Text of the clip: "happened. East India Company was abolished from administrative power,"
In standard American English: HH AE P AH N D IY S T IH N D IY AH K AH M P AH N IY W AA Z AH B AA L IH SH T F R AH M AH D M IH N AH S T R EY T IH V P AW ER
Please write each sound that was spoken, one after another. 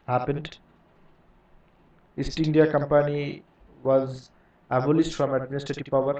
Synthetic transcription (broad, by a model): HH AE P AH N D IY S T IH N D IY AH K AH M P AH N IY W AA Z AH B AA L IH S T F R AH M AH D M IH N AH S T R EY T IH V P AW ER